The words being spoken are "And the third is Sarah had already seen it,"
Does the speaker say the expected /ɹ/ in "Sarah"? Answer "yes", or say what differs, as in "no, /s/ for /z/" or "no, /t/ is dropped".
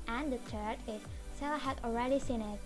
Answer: no, /l/ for /ɹ/